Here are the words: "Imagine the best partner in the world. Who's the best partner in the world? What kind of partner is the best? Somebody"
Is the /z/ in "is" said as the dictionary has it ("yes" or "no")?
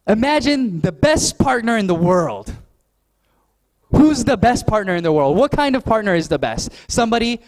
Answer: yes